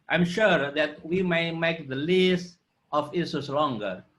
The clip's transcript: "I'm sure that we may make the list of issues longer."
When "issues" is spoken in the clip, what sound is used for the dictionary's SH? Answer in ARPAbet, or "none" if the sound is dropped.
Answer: S